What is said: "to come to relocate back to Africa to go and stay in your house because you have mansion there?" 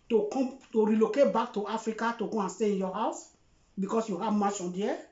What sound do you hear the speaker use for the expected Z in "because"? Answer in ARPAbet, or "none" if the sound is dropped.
S